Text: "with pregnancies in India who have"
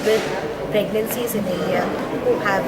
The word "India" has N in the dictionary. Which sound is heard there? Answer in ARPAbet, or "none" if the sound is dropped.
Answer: none